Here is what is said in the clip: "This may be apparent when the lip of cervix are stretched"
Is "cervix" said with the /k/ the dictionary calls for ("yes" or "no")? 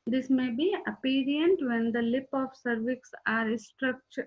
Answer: yes